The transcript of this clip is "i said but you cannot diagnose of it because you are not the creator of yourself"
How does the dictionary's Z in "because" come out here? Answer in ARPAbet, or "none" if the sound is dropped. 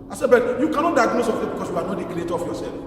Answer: S